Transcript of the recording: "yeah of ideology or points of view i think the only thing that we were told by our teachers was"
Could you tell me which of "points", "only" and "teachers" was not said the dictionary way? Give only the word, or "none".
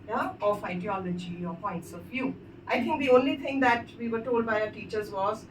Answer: none